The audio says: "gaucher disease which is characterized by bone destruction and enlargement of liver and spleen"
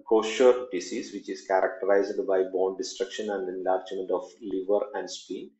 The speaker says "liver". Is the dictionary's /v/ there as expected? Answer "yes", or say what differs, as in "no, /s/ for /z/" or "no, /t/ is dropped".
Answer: yes